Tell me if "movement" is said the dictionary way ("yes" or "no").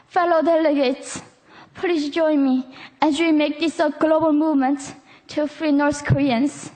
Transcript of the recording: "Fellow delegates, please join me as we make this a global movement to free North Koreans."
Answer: yes